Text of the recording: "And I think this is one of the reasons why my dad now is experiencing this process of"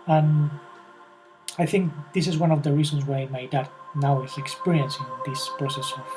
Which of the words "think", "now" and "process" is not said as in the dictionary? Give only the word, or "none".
none